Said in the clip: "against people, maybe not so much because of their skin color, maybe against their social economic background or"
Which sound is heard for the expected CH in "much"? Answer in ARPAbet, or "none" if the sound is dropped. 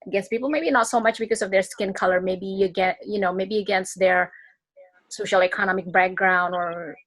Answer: CH